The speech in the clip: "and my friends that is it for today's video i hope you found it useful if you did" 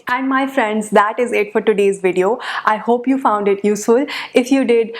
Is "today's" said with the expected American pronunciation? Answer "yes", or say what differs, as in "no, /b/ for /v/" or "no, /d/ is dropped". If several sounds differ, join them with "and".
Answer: yes